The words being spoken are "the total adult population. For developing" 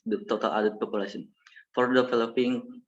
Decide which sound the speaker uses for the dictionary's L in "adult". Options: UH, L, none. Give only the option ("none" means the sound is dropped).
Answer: none